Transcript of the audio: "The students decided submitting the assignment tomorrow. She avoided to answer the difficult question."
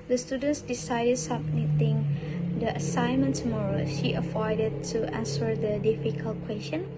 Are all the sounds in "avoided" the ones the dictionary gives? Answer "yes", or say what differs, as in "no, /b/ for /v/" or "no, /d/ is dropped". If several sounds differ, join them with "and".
no, /f/ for /v/